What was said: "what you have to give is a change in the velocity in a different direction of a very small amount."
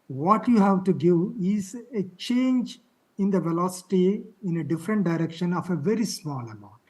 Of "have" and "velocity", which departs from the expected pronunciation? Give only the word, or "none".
none